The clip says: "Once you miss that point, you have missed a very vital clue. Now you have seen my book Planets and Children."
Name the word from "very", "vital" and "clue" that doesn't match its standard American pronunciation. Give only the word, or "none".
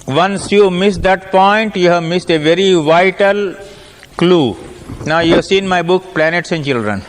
none